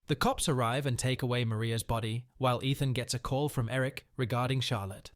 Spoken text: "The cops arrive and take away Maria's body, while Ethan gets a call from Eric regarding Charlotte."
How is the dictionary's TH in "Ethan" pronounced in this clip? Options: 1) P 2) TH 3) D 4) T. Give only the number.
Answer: 2